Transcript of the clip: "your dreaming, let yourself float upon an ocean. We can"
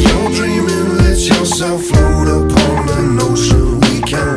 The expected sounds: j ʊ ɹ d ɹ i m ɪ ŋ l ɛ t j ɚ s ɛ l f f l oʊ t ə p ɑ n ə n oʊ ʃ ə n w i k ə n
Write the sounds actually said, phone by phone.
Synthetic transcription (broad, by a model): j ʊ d ɹ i m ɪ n l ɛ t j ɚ s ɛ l f f l oʊ t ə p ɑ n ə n oʊ s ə w i k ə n